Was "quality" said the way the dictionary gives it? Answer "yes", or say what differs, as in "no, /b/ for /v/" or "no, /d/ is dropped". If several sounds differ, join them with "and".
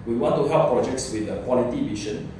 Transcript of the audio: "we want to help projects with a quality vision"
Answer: yes